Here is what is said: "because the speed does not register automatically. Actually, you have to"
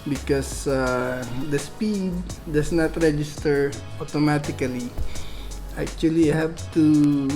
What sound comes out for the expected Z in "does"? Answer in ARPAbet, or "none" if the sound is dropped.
S